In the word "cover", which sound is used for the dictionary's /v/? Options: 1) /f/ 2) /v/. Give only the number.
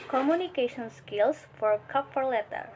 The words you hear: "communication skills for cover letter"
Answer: 1